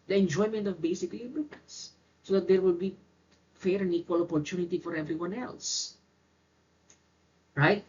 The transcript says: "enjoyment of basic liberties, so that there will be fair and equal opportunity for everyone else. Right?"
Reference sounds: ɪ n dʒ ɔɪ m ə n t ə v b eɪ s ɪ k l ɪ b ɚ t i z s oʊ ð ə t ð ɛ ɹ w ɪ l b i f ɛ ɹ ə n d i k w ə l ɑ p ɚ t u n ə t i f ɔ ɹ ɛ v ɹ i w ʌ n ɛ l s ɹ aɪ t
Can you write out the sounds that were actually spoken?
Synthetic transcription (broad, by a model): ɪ n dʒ ɔɪ m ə n t ə v b eɪ s ɪ k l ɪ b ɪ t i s s oʊ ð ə t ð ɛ ɹ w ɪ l b i f ɛ ɹ ə n d i k w ə l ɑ p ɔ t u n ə t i f ɔ ɹ ɛ v ɹ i w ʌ n ɛ l s ɹ aɪ t